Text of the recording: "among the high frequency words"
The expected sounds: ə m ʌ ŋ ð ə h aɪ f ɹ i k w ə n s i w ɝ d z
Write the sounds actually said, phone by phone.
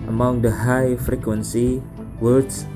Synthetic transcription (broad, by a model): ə m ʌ ŋ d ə h aɪ f ɹ i k w ə n s i w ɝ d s